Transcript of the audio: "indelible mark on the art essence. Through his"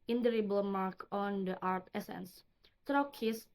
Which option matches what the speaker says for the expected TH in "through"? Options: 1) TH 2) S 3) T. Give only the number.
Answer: 3